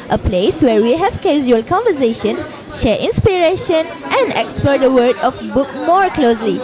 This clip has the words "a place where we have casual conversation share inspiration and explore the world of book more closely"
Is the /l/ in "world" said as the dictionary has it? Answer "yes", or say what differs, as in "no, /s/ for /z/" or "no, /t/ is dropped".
no, /l/ is dropped